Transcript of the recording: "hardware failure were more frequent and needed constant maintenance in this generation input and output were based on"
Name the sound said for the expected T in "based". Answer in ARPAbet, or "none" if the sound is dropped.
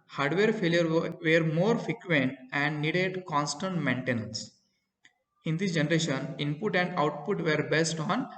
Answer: T